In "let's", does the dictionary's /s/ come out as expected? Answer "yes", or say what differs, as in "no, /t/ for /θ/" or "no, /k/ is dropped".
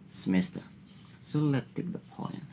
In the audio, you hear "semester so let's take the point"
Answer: no, /s/ is dropped